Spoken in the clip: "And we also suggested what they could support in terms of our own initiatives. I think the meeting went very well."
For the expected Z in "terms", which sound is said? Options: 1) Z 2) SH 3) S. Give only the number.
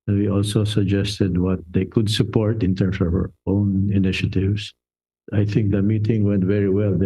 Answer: 3